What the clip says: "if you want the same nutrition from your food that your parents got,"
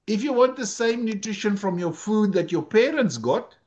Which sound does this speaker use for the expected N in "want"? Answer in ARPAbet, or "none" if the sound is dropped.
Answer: N